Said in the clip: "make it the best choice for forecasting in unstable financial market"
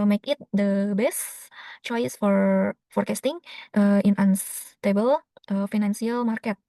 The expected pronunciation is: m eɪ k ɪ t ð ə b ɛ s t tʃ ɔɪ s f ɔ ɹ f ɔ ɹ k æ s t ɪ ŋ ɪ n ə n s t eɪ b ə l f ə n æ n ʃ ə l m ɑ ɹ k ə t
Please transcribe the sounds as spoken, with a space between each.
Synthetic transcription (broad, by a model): m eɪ k ɪ t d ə b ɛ s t tʃ ɔɪ s f ɔ ɹ f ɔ ɹ k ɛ s t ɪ ŋ ɪ n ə n s t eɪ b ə l f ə n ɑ n s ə l m ɑ ɹ k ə t